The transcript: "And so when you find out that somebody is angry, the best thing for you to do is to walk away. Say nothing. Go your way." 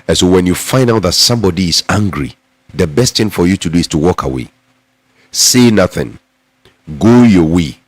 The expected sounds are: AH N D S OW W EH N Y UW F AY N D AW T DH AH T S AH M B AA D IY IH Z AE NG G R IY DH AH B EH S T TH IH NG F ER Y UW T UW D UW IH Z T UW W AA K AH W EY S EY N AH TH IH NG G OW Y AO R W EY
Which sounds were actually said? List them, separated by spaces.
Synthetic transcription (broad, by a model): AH N S OW W EH N Y UW F AY N D AW T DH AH T S AH M B AA D IY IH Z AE NG G R IY DH AH B EH S T TH IH NG F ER Y UW T UW D UW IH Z T UW W AA K AH W EY S EY N AH TH IH NG G OW Y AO W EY